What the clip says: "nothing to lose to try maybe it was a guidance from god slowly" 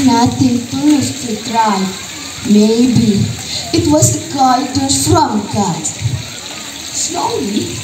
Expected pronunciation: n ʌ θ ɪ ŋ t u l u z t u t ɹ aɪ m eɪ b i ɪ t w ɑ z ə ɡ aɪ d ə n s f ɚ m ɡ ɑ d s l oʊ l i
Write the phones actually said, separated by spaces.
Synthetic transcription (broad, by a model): n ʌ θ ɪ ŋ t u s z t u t ɹ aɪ m eɪ b i ɪ t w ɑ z ə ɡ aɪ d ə s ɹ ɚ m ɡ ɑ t s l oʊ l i